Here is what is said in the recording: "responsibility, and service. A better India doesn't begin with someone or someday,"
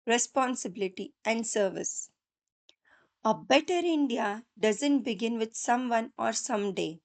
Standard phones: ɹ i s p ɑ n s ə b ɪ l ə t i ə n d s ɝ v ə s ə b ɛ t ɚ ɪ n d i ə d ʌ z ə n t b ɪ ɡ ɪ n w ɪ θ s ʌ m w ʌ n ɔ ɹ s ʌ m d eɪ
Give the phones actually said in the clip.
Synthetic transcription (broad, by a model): ɹ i s p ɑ n s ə b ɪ l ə t i ə n d s ɝ v ə s ə b ɛ t ɚ ɪ n d i ə d ʌ z ə n t b ɪ ɡ ɪ n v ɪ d s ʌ m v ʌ n ɔ ɹ s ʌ m d eɪ